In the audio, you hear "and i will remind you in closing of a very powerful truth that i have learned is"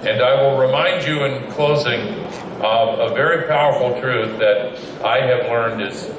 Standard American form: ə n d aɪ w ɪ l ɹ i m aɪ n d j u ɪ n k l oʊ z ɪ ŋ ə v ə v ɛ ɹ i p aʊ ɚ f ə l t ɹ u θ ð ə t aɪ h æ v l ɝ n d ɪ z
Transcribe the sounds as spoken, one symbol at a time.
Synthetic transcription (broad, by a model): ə n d aɪ w ɪ l ɹ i m aɪ n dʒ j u ɪ n k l oʊ z ɪ ŋ ə v ə v ɛ ɹ i p aʊ ɚ f l t ɹ u θ ð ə t aɪ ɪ v l ɝ n d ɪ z